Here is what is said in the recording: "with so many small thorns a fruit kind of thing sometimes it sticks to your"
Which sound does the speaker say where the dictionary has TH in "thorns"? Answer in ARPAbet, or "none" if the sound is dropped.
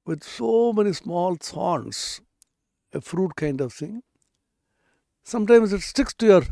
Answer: S